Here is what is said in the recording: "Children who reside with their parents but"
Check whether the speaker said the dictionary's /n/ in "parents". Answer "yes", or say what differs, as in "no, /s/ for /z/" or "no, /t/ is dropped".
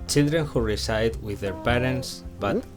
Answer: yes